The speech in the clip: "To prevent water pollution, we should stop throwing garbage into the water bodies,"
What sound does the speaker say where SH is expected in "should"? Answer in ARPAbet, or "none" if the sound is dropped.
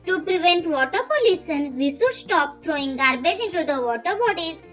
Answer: S